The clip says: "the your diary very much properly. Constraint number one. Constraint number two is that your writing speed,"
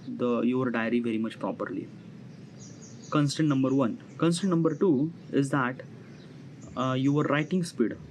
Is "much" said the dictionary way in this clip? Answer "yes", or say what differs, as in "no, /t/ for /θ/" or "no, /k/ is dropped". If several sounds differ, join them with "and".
yes